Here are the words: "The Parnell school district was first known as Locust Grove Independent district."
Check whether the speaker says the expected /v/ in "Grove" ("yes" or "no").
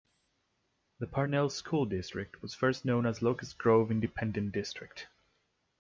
yes